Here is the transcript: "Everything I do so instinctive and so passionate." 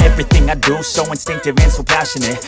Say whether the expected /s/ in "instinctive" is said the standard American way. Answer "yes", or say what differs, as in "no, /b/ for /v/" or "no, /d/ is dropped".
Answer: yes